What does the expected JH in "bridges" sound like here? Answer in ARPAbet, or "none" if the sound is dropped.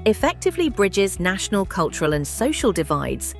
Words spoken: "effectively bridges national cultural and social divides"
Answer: JH